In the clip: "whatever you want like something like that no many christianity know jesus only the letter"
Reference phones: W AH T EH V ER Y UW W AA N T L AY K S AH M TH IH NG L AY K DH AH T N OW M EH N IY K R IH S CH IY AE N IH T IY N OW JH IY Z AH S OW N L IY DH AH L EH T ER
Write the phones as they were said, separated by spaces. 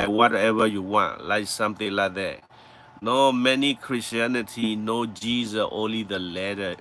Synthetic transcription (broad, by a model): W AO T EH V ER Y UW W AA N T L AY K S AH M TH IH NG L AY K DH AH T N OW M EH N IY K R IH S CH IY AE N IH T IY N OW JH IY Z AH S OW N L IY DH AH L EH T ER